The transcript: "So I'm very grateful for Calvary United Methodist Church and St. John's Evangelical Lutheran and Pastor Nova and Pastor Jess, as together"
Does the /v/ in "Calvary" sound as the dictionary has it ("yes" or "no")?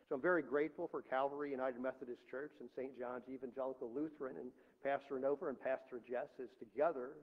yes